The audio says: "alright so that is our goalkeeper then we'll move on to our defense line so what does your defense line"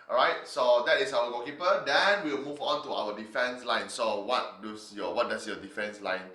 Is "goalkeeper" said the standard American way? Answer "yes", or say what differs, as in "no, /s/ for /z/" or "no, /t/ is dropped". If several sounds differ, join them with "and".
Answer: no, /l/ is dropped